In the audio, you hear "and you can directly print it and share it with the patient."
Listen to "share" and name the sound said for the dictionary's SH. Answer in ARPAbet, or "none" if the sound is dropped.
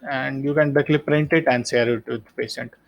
S